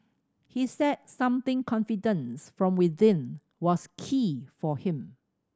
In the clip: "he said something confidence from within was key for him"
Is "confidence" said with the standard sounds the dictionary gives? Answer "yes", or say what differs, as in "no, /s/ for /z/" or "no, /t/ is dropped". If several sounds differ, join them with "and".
yes